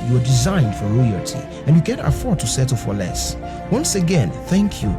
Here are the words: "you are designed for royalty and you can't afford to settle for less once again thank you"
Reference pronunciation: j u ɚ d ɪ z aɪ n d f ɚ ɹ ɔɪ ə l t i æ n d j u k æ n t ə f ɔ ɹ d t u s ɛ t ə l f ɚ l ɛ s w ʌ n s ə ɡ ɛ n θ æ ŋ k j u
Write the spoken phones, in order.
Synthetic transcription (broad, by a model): j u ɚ d ɪ z aɪ n d f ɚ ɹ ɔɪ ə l t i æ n j u k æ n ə f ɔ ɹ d t u s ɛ t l f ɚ l ɛ s w ʌ n s ə ɡ ɛ n θ æ ŋ k j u